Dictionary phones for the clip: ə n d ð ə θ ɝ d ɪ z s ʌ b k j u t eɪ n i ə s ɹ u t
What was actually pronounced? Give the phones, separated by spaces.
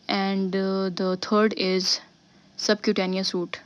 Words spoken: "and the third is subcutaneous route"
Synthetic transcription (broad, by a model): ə n d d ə t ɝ d ɪ z s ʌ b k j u t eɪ n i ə s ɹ u t